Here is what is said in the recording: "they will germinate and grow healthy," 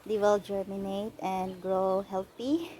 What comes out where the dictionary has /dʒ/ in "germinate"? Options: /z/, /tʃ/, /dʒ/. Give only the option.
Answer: /dʒ/